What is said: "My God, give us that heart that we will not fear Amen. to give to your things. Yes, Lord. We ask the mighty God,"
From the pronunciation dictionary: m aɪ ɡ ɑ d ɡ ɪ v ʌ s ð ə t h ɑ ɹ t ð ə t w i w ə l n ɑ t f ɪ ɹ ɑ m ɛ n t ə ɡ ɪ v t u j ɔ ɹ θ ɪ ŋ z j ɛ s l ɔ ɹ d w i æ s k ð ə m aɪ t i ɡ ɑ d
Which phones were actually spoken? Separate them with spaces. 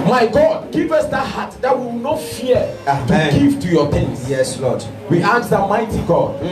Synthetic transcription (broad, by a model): m aɪ ɡ ɑ d ɡ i v ʌ s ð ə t h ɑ t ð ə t w i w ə n ɑ t f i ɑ ɑ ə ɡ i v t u j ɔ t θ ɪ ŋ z j ɛ s l ɔ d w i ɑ k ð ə m aɪ t i ɡ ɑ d